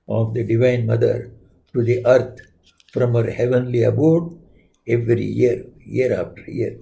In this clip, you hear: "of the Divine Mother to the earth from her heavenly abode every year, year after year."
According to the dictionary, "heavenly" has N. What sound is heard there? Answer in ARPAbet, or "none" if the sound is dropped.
N